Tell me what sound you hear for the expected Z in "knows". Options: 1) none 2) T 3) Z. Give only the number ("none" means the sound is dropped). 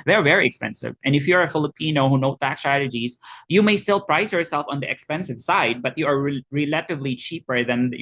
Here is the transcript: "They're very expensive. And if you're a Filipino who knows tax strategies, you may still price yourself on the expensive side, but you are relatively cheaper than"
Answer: 1